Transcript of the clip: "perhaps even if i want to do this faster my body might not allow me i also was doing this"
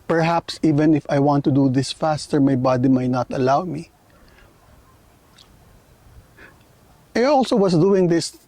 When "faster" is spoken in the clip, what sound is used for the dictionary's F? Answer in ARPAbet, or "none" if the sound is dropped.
F